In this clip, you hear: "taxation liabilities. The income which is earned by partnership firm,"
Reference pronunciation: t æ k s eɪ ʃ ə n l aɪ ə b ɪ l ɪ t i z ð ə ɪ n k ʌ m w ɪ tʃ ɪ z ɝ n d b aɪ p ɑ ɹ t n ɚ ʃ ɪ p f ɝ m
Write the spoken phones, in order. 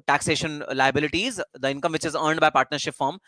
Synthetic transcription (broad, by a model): t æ k s eɪ ʃ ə n l aɪ ə b ɪ l ɪ t i z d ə ɪ n k ʌ m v ɪ tʃ ɪ z ɝ n d b aɪ p ɑ ɹ t n ɚ ʃ ɪ p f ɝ m